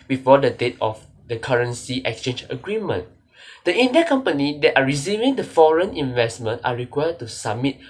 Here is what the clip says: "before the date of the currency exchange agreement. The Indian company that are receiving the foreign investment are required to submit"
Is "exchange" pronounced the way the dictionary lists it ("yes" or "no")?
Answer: yes